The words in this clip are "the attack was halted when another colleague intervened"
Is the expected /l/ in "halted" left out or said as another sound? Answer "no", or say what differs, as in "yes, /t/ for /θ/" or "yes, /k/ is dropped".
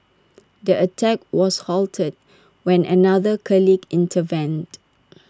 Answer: no